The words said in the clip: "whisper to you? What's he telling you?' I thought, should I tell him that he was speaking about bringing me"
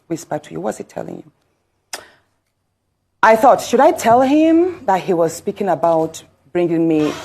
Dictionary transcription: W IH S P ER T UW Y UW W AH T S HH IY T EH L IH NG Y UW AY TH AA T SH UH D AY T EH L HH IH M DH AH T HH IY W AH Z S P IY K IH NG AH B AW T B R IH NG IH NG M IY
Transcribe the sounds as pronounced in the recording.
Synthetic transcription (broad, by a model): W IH S P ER T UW Y UW W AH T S HH IY T EH L IH NG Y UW AY TH AA T SH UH D AY T EH L HH IH M DH AH T HH IY W AH Z S P IY K IH NG AH B AW T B R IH NG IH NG M IY